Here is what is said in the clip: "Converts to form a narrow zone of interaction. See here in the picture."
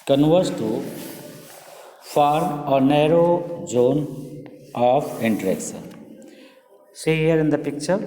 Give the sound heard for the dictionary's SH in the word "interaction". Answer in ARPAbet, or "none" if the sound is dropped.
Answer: S